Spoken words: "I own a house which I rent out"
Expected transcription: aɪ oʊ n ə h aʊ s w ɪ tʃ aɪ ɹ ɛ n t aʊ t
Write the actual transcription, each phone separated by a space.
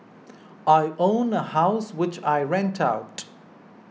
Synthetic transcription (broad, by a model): aɪ oʊ n ə h aʊ s w ɪ tʃ aɪ ɹ ɛ n t aʊ t